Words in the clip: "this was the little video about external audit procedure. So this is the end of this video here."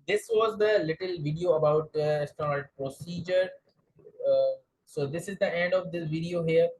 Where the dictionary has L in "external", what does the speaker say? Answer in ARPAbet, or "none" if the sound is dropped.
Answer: N